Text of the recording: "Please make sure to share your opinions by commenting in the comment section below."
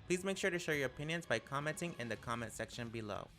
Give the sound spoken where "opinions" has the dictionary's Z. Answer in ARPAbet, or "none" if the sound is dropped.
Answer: Z